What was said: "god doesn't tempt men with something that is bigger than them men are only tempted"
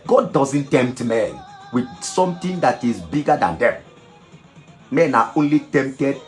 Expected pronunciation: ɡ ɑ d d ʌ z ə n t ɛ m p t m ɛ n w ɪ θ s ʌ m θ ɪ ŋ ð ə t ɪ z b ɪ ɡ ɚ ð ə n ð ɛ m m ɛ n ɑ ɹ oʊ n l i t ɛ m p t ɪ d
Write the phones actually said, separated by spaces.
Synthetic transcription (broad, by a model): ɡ ɑ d d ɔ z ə n t ɛ m p t m ɛ n w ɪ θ s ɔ m t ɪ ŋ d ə t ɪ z b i ɡ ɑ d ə n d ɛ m m ɛ n ɑ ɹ oʊ n l i t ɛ m p t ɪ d